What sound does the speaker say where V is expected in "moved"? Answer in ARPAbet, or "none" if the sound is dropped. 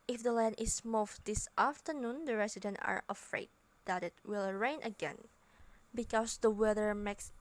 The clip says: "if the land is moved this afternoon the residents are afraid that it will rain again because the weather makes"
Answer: F